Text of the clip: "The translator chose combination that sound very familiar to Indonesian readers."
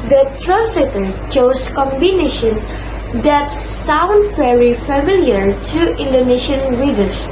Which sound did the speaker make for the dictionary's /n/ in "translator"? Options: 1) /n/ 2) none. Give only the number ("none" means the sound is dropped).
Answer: 1